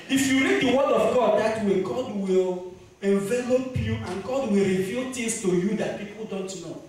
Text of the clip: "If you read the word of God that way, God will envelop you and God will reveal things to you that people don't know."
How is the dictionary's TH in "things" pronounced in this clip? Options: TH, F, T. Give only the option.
T